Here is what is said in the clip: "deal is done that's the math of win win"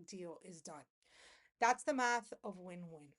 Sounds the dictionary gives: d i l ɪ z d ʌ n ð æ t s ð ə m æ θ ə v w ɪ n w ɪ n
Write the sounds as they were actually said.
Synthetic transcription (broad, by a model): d i l ɪ z d ʌ n ð æ t s ð ə m æ θ ə v w ɪ n w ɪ n